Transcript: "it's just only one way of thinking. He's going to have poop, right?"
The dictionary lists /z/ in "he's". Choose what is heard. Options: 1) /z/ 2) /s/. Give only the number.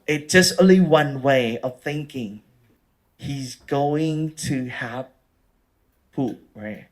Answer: 1